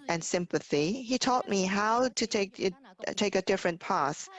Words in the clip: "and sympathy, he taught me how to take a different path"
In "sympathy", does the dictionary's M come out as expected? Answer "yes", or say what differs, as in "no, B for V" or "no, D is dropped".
yes